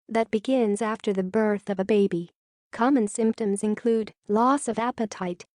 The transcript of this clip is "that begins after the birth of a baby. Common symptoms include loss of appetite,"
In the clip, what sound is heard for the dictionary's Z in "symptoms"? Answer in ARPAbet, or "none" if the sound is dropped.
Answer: Z